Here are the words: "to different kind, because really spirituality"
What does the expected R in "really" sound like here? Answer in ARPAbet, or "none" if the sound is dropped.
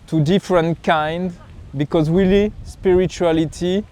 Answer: W